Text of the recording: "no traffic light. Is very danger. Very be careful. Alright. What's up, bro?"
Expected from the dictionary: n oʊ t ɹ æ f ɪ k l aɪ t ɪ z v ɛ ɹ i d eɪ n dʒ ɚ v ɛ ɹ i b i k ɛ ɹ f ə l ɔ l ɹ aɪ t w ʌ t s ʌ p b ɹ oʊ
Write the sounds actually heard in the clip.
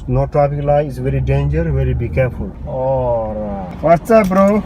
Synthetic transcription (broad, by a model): n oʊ t ɹ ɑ p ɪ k l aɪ ɪ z v ɛ ɹ i d eɪ n dʒ ɚ v ɛ ɹ i b i k ɛ ɹ f ə l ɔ ɹ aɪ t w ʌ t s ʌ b ɹ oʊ